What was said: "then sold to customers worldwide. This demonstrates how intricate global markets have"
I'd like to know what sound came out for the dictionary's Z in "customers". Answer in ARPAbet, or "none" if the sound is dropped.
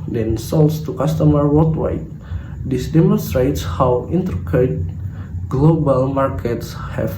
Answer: none